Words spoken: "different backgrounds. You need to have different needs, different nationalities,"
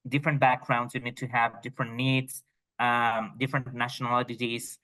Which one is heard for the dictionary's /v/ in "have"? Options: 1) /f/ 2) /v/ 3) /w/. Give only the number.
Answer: 2